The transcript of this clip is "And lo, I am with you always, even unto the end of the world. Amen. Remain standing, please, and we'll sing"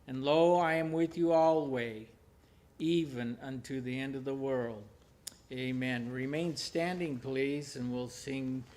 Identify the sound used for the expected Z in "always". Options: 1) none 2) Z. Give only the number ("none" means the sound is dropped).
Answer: 1